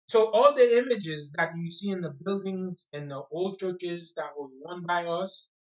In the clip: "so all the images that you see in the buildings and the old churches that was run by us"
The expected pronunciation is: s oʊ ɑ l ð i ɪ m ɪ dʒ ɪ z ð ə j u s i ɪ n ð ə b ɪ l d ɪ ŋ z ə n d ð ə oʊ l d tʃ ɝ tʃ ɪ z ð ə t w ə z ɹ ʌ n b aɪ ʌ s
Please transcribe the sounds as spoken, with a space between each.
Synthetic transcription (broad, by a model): s oʊ ɑ l ð i ɪ m ɪ dʒ ɪ z ð ə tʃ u s i ɪ n ð ə b ɪ l d ɪ ŋ z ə n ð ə oʊ l d tʃ ɝ tʃ ɪ z ð ə t w ə z w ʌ n b aɪ ʌ s